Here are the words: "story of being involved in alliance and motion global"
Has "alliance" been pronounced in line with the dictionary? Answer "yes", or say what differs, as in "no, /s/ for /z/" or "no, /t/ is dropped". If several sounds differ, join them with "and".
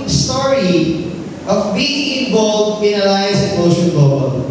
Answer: no, /n/ is dropped